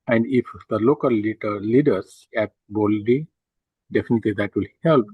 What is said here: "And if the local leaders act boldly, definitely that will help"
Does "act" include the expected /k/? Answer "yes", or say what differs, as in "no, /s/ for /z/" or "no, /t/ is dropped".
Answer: no, /k/ is dropped